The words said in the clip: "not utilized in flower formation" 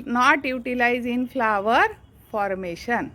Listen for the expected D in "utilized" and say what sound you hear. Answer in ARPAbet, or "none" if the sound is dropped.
none